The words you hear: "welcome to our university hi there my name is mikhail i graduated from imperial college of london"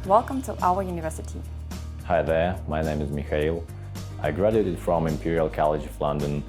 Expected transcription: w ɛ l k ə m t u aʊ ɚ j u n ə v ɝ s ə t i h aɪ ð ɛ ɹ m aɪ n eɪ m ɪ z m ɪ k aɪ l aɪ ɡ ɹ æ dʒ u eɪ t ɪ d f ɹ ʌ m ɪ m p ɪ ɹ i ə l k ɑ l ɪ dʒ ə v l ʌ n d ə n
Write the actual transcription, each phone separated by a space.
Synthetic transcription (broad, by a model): w ɛ l k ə m t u aʊ ɚ j u n ə v ɝ s ə t i h aɪ ð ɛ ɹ m aɪ n eɪ m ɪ z m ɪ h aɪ l aɪ ɡ ɹ æ dʒ u eɪ t ɪ d f ɹ ʌ m ɪ m p ɪ ɹ i ə l k ɑ l ɪ dʒ ə v l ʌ n d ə n